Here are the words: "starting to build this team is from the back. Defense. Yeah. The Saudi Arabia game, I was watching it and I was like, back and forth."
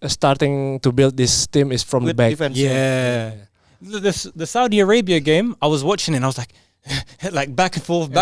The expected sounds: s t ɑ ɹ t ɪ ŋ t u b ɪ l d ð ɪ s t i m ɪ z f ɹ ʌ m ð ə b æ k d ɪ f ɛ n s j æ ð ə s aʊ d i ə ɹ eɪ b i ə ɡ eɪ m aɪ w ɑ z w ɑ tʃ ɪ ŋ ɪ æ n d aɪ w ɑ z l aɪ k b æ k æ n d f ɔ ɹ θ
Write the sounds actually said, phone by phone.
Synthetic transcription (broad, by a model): s t ɑ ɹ t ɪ ŋ t u b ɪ l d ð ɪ s t i m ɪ s f ɹ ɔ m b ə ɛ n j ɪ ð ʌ s ð ə s aʊ d i ə ɹ eɪ b i ə ɡ eɪ m aɪ w ɑ z w ɑ tʃ ɪ ŋ ɪ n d aɪ w ɑ z l aɪ k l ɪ k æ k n f ɔ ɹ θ